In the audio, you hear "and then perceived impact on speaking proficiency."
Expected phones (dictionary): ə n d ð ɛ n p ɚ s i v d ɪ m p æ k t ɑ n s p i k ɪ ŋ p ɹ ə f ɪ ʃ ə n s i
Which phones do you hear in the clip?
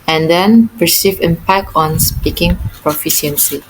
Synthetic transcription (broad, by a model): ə n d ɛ n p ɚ s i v ɪ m p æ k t ɑ n s p i k ɪ ŋ p ɹ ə f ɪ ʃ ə n s i